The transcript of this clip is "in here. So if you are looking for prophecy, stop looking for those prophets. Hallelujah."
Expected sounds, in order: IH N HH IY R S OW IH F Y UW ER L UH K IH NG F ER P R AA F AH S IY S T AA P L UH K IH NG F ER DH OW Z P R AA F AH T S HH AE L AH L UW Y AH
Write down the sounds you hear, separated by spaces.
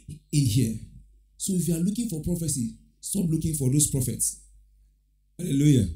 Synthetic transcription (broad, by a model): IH N HH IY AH S OW IH F Y UW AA L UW K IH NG F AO P R AA F AH S IY S T AA P L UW K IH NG F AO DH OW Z P R AA F AH T S HH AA L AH L UW Y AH